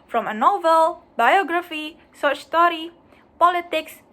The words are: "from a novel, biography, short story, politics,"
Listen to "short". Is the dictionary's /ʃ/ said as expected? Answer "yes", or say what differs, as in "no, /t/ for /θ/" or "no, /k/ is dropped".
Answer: no, /s/ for /ʃ/